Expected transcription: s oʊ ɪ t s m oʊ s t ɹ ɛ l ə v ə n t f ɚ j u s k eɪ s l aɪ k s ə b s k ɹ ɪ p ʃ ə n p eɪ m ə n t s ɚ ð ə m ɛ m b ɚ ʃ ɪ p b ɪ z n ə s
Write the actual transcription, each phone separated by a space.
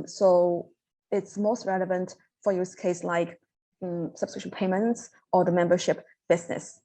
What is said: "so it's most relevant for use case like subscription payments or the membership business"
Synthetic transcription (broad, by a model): s oʊ ɪ t s m oʊ s t ɹ ɛ l ə v ə n t f ɚ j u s k eɪ s l aɪ k s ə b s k ɹ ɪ ʃ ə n p eɪ m ə n t s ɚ ð ə m ɛ m b ɚ ʃ ɪ p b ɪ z n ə s